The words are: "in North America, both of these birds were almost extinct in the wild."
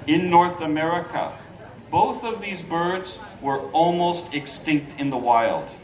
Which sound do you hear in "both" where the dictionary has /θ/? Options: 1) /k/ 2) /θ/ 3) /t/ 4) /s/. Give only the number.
2